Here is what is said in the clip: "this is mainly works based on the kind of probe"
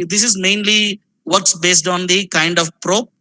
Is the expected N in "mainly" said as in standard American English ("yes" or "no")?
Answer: yes